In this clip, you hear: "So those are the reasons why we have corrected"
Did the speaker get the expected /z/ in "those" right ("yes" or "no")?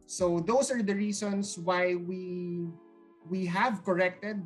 no